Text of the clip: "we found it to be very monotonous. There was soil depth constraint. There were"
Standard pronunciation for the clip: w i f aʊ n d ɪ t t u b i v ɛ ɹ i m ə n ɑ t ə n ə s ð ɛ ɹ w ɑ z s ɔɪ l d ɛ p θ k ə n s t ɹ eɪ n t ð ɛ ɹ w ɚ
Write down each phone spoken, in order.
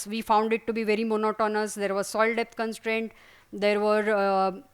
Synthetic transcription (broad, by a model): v i f aʊ n d ɪ t t u b i v ɛ ɹ i m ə n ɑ t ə n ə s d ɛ ɹ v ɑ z s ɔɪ l d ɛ p t k ə n s t ɹ eɪ n t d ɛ ɹ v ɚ